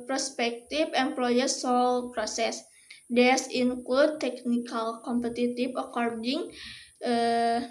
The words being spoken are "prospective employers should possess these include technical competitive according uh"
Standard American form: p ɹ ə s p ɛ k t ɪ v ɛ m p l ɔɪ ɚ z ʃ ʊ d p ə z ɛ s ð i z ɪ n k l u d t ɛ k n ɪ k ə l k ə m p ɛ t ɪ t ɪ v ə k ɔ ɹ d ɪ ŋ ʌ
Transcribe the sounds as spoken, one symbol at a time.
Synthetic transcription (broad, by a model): p ɹ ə s p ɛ k t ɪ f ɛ m p l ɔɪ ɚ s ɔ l p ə s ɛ s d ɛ s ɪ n k l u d t ɛ k n ɪ k ə l k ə m p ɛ t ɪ t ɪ f ə k ɔ ɹ d ɪ ŋ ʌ